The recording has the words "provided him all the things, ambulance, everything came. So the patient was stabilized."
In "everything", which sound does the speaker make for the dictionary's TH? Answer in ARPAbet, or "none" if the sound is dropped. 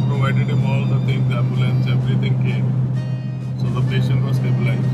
T